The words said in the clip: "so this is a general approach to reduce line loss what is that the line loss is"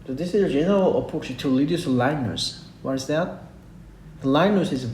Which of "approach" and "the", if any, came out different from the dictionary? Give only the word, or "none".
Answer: approach